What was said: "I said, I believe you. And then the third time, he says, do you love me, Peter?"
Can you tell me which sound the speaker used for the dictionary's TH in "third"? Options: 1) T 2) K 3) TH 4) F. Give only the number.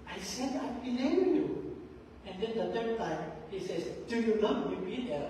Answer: 1